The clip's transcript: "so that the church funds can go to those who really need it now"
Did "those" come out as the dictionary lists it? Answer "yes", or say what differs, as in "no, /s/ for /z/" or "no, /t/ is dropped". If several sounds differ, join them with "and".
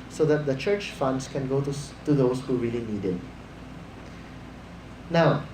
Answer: no, /s/ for /z/